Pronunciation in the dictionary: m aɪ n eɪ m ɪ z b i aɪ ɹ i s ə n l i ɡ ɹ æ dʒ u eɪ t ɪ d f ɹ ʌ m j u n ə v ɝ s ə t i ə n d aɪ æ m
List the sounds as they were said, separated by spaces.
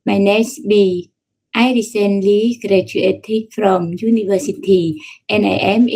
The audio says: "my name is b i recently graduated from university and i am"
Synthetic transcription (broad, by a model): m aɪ n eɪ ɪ s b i aɪ ɹ i s ə n l i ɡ ɹ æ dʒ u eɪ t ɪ f ɹ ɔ m j u n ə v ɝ s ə t i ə n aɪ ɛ m